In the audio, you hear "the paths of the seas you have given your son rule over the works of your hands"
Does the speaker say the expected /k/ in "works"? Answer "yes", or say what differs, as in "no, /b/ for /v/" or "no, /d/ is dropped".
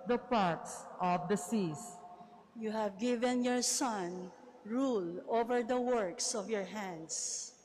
yes